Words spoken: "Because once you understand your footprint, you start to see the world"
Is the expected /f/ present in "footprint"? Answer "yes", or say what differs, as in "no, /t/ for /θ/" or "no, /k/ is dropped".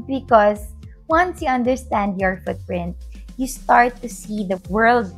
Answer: yes